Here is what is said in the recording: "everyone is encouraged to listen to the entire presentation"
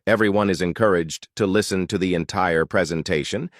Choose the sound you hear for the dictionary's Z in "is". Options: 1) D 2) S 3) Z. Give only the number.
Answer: 3